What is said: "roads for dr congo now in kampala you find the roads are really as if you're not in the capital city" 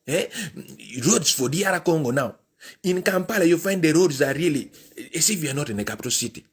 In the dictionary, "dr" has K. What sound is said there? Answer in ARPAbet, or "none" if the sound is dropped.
none